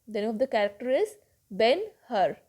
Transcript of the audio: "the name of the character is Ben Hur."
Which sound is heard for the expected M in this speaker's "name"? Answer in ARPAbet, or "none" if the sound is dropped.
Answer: none